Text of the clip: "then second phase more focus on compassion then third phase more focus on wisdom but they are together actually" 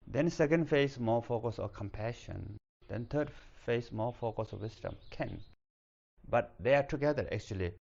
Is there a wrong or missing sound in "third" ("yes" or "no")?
yes